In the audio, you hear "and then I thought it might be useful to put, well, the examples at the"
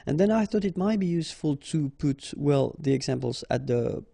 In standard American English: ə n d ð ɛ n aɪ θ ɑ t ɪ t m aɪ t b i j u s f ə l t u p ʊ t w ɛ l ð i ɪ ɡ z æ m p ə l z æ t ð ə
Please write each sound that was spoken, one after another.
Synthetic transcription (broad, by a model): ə n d ð ɛ n aɪ θ ɑ t ɪ t m aɪ t b i j u s f ə l t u p ʊ t w ɛ l ð i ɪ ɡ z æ m p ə l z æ t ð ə